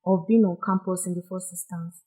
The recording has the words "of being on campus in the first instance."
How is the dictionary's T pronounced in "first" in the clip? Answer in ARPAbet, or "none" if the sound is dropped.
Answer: none